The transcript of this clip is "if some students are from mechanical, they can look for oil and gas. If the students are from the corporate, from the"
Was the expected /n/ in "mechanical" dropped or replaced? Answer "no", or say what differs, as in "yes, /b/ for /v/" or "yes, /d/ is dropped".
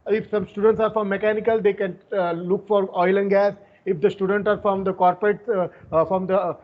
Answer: no